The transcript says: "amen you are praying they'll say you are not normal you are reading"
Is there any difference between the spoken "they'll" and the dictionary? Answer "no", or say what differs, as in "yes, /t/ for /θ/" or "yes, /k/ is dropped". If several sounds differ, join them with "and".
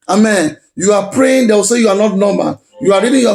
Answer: yes, /w/ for /l/